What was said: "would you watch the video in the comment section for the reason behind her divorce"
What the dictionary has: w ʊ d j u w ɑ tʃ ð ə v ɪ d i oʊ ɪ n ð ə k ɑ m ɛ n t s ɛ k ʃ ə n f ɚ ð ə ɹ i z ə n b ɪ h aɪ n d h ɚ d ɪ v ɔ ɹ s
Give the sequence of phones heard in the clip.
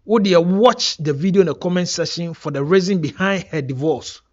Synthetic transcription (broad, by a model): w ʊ d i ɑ w ɑ tʃ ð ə v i d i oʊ ɪ n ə k ɑ m ɛ n t s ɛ ʃ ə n f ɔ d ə ɹ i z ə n b ɪ h aɪ n d h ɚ d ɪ v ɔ s